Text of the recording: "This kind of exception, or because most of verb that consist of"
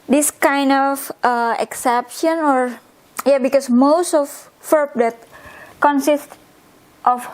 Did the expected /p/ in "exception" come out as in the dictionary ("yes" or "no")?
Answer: yes